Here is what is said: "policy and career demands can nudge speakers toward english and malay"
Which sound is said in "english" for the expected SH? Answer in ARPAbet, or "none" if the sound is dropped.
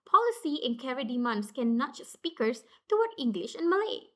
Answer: SH